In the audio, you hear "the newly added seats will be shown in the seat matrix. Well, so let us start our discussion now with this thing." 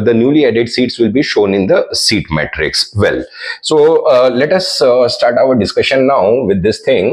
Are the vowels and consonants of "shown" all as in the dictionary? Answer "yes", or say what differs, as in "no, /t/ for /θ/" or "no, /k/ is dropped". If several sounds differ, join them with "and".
yes